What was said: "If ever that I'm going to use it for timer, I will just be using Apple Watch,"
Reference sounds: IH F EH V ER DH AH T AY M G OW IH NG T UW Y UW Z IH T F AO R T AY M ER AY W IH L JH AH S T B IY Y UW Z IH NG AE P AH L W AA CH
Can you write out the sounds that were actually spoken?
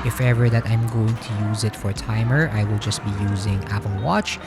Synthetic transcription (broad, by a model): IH F EH V ER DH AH T AY M G OW IH NG T UW Y UW Z IH T F AO R T AY M ER AY W IH L JH AH S T B IY Y UW Z IH NG AE P AH L W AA CH